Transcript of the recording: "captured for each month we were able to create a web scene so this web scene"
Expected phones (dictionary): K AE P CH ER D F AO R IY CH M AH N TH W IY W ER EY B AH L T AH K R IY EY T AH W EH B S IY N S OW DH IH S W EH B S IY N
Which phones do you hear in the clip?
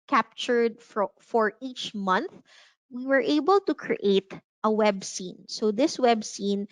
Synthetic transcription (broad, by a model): K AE P CH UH D F AO R IY CH M AH N TH W IY W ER EY B AH L T AH K R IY EY T AH W EH B S IY N S OW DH IH S W EH B S IY N